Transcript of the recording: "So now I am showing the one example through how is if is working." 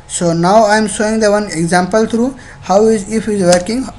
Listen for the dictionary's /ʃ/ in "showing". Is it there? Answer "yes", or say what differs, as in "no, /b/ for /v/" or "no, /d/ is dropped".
no, /s/ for /ʃ/